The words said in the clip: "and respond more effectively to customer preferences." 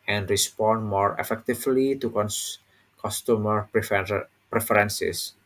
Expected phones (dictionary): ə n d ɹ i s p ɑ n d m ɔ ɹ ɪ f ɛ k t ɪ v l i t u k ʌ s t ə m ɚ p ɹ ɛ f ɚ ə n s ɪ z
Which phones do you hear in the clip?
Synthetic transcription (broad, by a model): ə n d ɹ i s p ɑ n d m ɔ ɹ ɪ f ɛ k t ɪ f l i t u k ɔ s t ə m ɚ p ɹ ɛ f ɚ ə n s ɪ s